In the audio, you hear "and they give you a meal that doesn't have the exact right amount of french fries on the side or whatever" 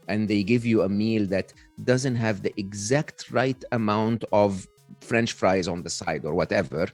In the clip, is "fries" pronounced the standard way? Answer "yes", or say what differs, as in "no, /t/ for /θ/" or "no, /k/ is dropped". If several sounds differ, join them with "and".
yes